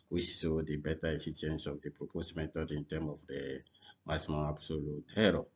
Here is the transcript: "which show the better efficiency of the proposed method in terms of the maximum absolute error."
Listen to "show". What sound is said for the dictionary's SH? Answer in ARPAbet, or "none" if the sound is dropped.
S